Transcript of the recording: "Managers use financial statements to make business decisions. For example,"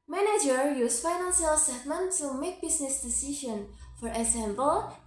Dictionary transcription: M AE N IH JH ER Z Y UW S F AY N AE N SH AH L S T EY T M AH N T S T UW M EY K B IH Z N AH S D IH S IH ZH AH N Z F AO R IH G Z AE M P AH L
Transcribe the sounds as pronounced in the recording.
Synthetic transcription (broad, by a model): M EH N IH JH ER Y UW S F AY N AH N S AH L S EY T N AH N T T UW M EY K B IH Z N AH S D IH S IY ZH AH N F AO R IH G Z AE M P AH L